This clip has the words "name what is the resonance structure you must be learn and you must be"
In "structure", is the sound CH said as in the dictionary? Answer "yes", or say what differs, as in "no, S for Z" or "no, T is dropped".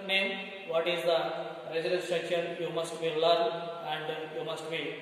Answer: no, SH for CH